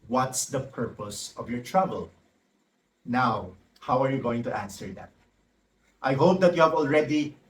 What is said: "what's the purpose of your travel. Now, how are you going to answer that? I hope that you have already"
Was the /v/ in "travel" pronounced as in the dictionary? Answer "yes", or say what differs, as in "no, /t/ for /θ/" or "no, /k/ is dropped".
no, /b/ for /v/